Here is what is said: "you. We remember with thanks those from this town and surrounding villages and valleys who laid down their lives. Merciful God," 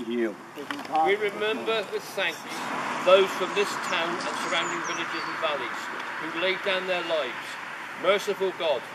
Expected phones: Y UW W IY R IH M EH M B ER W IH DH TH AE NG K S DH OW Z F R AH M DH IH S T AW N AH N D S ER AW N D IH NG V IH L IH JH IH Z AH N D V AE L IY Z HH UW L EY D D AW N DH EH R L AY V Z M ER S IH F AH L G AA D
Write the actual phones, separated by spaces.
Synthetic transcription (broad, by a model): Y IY W IY R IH M EH M B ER W IH DH S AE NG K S DH OW Z F R AH M DH IH S T AW N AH N S ER AW N D IH NG V IH L IH JH IH Z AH N V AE L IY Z HH UW L EY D D AW N DH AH R L AY V Z M ER S IH F AH L G AA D